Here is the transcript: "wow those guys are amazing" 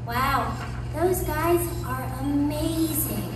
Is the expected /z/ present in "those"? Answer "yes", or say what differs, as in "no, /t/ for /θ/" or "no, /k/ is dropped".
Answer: yes